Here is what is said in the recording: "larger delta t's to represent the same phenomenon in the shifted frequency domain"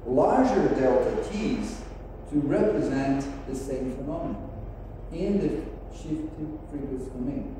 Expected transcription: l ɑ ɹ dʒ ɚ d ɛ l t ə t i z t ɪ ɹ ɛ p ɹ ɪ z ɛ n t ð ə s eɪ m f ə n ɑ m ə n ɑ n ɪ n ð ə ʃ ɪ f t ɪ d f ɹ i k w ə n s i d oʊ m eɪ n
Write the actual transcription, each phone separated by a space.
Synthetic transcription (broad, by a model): l ɑ ɹ dʒ ɚ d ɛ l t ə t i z t ɪ ɹ ɛ p ɹ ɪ z ɛ n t ð ə s eɪ m f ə n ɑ m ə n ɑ ɪ n ð ə ʃ ɪ f t ɪ d p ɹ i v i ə s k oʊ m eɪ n